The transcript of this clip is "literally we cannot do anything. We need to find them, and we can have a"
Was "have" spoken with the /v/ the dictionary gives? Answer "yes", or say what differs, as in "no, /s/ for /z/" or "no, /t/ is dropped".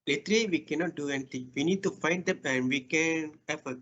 no, /f/ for /v/